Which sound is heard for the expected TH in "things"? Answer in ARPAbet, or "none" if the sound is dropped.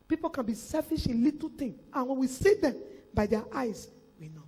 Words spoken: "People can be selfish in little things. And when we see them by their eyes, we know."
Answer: T